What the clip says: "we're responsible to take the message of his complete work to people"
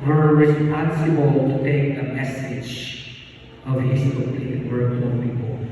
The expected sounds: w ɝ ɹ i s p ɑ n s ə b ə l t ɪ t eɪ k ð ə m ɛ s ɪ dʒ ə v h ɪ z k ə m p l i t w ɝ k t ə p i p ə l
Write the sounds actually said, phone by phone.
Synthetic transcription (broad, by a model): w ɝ ɹ i s p ɑ n s ə b ə l t ɪ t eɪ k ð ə m ɛ s ɪ dʒ ə v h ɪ s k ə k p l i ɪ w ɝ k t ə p i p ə l